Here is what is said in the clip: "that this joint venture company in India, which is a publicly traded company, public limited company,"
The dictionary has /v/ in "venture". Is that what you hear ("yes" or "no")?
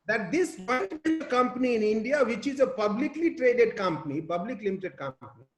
no